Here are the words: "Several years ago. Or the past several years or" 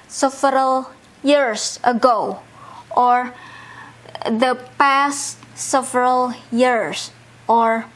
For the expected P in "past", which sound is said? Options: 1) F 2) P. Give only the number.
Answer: 2